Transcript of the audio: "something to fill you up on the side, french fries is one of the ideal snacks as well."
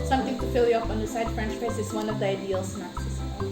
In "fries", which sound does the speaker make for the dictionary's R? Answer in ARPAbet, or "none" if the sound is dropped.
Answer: none